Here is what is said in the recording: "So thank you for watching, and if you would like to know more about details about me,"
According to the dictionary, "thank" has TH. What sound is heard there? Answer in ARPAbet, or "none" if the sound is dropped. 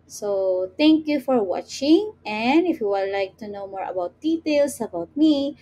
T